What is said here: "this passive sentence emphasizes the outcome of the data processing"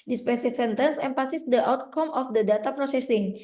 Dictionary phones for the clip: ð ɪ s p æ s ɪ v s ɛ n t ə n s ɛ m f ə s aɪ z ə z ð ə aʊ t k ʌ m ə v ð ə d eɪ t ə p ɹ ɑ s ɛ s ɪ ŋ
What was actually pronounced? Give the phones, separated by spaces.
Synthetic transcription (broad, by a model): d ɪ s p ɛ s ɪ f s ɛ n t ə n s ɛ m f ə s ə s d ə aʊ t k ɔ m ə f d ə d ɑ t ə p ɹ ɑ s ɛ s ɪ ŋ